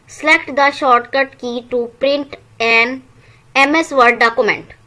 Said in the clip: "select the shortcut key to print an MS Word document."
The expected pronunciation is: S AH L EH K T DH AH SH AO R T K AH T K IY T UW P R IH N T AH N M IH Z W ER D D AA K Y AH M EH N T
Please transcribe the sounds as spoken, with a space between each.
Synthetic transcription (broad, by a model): S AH L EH K T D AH SH AO R T K AH T K IY T UW P R IH N T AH N M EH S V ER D D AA K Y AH M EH N T